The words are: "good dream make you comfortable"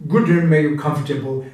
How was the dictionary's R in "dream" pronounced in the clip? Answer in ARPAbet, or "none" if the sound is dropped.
none